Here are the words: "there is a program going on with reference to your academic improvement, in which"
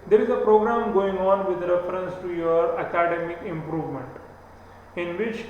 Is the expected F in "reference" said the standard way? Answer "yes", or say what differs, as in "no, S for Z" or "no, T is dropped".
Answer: yes